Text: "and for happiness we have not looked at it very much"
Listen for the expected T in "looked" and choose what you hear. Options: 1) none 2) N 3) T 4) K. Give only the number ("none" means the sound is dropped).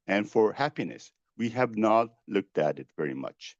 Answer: 3